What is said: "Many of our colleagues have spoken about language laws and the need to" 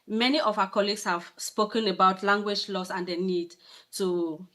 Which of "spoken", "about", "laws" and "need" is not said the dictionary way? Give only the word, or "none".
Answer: laws